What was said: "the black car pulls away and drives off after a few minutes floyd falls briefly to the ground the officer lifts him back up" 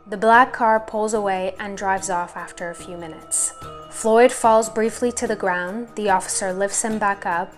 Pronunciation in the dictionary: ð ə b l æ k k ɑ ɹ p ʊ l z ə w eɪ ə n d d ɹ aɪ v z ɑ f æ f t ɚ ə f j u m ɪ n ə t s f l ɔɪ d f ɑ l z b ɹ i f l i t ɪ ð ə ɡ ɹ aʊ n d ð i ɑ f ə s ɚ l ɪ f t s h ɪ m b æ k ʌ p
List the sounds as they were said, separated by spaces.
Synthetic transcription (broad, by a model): ð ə b l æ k k ɑ ɹ p ʊ l z ə w eɪ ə n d d ɹ aɪ v z ɑ f æ f t ɚ ə f j u m ɪ n ə t s f l ɔɪ d f ɑ l z b ɹ i f l i t ɪ ð ə ɡ ɹ aʊ n ð i ɑ f ə s ɚ l ɪ f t s h ɪ m b æ k ʌ p